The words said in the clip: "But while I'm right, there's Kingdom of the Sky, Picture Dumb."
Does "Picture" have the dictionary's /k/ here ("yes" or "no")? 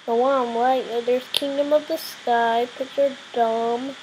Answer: no